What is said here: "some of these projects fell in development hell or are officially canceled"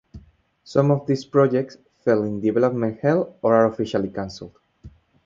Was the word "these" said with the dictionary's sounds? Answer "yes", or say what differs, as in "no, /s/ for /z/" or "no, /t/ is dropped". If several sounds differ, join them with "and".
no, /s/ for /z/